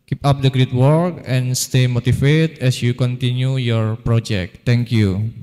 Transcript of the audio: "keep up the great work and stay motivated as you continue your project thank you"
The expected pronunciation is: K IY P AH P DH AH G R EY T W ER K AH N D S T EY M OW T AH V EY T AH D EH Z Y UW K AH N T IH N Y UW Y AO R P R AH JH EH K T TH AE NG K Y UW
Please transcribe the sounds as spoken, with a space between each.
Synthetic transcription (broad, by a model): K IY P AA P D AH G R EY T W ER K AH N S T EY M OW T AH F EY T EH S Y UW K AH N T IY N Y UW Y AO R P R AH JH EH K T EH NG K Y UW